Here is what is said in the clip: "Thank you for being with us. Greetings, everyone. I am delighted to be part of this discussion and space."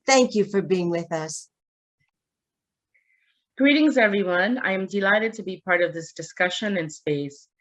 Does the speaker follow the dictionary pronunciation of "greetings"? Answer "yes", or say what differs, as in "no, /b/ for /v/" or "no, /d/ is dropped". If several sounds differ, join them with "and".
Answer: yes